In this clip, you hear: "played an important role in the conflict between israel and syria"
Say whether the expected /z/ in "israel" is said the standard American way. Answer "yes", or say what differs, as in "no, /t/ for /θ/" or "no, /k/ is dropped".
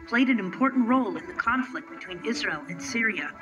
yes